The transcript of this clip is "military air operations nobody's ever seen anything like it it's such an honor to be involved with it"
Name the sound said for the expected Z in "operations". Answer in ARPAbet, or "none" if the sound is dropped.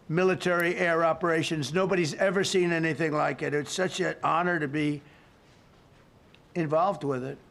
Z